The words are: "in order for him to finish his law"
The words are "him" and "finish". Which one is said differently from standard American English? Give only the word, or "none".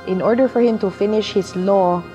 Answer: none